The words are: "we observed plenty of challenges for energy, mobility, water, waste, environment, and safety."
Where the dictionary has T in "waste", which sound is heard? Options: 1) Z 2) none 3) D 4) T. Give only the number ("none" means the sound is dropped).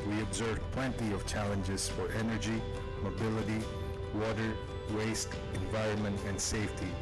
4